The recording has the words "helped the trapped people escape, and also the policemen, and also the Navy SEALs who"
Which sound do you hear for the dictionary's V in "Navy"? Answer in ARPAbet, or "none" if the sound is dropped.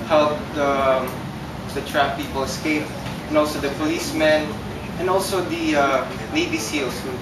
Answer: B